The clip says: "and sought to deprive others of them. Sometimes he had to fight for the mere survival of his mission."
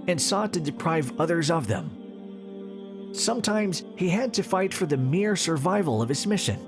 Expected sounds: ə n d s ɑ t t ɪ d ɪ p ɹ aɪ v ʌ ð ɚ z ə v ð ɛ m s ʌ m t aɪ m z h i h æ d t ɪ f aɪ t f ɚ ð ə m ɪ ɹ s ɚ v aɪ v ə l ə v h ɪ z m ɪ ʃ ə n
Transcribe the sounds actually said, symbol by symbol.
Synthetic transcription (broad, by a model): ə n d s ɑ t t ɪ d ɪ p ɹ aɪ v ʌ ð ɚ z ə v ð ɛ m s ʌ m t aɪ m z h i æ d t ɪ f aɪ t f ɚ ð ə m ɪ ɹ s ɚ v aɪ v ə l ə v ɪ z m ɪ ʃ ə n